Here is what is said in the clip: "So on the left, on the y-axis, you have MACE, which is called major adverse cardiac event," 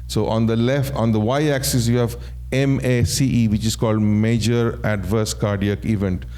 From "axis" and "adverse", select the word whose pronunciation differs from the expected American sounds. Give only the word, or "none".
none